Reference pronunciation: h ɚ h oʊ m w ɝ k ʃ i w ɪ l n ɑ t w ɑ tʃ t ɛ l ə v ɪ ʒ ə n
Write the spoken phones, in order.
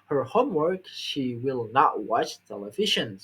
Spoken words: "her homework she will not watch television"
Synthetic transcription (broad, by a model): h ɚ h oʊ m w ɝ k ʃ i w ɪ l n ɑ t w ɑ tʃ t ɛ l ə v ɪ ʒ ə n